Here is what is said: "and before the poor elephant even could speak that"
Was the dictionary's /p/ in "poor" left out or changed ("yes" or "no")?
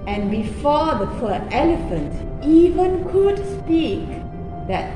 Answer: yes